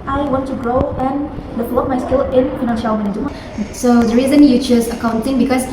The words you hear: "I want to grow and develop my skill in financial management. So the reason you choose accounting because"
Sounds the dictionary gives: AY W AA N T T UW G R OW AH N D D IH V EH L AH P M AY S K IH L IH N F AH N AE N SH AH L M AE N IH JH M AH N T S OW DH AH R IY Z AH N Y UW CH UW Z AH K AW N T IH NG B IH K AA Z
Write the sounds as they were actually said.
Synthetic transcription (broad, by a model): AY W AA N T T UW G R OW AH N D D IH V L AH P M AY S K IH L IH N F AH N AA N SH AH W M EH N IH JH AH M S OW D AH R IY Z AH N Y UW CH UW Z AH K AW N T IH NG B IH K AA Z